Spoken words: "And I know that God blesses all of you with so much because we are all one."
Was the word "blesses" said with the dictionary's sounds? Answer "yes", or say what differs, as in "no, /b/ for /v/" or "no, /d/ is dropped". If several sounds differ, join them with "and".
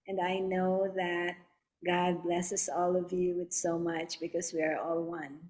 no, /s/ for /z/